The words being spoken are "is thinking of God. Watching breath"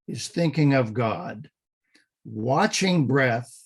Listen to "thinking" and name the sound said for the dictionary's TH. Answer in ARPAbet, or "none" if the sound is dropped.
TH